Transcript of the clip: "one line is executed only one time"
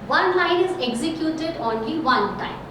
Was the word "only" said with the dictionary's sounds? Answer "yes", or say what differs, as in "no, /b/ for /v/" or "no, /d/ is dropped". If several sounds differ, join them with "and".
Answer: yes